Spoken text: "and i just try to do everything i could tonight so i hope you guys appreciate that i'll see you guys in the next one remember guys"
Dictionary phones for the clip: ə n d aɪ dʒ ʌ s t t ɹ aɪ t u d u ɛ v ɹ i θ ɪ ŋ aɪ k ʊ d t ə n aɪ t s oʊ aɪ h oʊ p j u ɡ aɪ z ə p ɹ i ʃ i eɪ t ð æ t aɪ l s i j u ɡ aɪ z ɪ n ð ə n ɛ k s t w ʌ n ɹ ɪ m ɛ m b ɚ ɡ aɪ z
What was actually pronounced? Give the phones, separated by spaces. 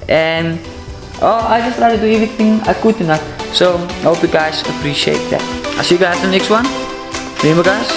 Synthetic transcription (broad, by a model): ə n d aɪ dʒ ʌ s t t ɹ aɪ t u d u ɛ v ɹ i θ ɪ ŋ aɪ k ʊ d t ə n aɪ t s oʊ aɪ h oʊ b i ɡ aɪ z ə p ɹ i ʃ i eɪ t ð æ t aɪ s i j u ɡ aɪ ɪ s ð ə n ɛ k s t w ʌ n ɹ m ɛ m ɚ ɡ aɪ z